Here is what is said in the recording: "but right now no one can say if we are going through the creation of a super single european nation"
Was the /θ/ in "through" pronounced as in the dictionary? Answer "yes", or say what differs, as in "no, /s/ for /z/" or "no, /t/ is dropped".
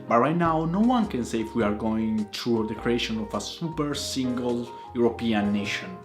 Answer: no, /t/ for /θ/